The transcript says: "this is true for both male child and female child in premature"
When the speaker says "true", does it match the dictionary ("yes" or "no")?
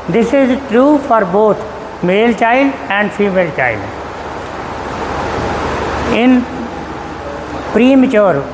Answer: yes